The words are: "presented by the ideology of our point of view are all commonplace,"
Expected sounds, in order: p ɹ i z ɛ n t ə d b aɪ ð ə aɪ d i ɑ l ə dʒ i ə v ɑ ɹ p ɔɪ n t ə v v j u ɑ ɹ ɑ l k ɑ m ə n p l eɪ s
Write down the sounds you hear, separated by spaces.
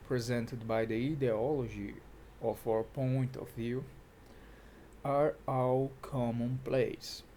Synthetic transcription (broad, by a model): p ɹ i z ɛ n t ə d b aɪ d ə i d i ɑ l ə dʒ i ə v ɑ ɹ p ɔɪ n t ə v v j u ɑ ɹ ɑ w k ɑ m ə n p l eɪ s